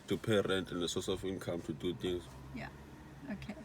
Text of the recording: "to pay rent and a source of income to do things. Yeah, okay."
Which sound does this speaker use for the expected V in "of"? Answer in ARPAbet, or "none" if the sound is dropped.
F